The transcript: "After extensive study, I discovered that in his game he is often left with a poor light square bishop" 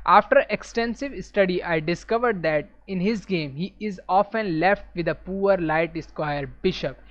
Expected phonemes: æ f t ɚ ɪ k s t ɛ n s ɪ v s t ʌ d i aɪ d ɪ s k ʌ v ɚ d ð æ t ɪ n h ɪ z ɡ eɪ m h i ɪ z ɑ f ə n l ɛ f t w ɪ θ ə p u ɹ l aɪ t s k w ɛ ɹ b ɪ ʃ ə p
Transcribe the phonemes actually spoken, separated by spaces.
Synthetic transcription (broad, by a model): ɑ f t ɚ ɪ k s t ɛ n s ɪ v s t ʌ d i aɪ d ɪ s k ʌ v ɚ d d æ t ɪ n h ɪ z ɡ eɪ m h i ɪ z ɑ f ə n l ɛ f t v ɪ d ə p u ɹ l aɪ t s k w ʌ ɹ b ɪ ʃ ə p